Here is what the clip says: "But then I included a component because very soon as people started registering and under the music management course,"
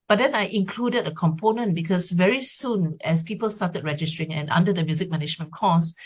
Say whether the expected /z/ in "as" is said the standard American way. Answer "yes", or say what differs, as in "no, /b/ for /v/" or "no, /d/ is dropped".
no, /s/ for /z/